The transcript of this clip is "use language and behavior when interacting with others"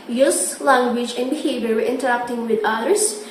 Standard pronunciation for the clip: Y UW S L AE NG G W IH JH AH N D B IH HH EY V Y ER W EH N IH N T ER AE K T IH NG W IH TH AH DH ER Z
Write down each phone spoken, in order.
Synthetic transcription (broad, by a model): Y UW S L AE NG G W IH JH AH N D B IH HH EY V Y ER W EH IH N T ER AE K T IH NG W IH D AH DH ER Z